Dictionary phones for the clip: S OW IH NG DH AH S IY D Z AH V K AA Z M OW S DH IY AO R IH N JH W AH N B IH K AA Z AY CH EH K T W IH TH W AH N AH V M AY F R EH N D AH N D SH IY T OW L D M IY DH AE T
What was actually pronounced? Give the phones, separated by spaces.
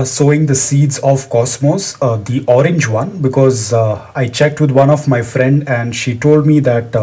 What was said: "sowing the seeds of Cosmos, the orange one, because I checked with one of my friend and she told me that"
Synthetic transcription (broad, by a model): S OW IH NG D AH S IY D Z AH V K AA S M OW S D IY AO R IH N JH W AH N B IH K AA Z AY CH EH K T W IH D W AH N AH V M AY F R EH N D AH N D SH IY T OW L D M IY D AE T